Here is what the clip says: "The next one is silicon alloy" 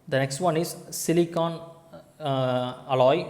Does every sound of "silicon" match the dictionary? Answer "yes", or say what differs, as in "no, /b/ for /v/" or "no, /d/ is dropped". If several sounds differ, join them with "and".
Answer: yes